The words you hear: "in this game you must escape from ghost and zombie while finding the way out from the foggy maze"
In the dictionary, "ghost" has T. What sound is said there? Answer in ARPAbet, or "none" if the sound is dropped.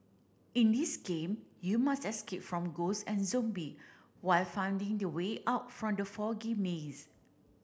none